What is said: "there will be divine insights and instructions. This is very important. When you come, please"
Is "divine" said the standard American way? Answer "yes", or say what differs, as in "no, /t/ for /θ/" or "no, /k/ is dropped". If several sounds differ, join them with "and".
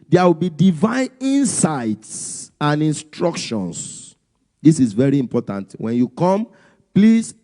yes